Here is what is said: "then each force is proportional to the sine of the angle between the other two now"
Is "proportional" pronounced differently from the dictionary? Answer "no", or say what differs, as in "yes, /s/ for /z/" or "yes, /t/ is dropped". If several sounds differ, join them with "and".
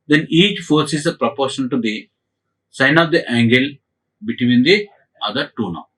yes, /n/ is dropped and /n/ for /l/